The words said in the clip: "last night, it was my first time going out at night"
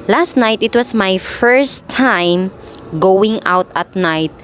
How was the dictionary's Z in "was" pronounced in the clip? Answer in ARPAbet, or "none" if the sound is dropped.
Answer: S